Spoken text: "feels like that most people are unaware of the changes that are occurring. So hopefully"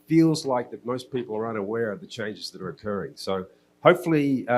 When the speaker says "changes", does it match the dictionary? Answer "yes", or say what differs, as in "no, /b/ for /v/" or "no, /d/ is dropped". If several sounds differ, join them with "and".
yes